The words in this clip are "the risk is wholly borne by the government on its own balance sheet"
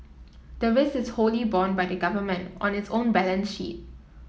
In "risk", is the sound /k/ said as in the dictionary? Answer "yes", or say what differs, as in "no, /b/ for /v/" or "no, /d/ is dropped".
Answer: no, /k/ is dropped